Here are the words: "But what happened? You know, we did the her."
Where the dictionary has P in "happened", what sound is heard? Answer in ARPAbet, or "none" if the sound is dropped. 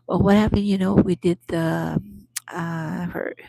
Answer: P